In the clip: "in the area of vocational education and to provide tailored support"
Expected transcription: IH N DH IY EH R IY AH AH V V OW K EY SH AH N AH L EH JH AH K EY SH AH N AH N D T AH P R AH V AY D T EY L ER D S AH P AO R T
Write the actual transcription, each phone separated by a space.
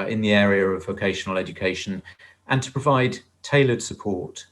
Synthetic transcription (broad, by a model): IH N DH IY EH R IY AH AH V V OW K EY SH AH N AH L EH JH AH K EY SH AH N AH N T AH P R AH V AY D T EY L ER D S AH P AO T